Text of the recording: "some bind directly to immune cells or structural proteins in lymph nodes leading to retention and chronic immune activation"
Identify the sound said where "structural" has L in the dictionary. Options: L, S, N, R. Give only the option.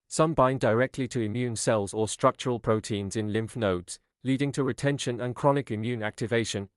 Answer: L